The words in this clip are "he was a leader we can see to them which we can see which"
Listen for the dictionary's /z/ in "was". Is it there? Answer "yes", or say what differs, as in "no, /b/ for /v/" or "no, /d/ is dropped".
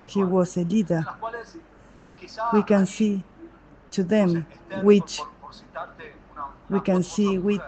no, /s/ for /z/